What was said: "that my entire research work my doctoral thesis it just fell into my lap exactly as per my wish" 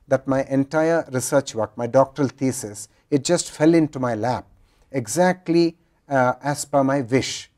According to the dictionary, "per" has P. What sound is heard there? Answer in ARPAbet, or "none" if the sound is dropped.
B